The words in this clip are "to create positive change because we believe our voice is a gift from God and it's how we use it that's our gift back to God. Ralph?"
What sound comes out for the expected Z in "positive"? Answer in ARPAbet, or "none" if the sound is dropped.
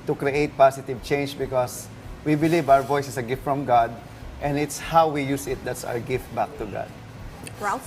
S